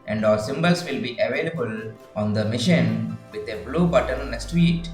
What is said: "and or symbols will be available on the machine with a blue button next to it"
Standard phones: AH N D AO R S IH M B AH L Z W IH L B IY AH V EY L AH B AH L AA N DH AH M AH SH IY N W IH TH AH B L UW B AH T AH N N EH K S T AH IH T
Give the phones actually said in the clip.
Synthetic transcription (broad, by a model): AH N D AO L S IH M B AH L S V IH L B IY AH V EY L AH B AH L AA N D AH M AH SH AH N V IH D AH B L UW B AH T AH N N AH S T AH T